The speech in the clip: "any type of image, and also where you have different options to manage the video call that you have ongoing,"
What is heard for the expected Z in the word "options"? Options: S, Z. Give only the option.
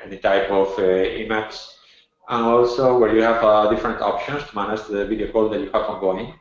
S